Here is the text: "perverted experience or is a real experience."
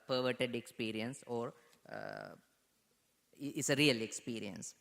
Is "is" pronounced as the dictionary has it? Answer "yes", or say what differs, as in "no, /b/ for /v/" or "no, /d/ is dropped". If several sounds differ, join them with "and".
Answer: no, /s/ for /z/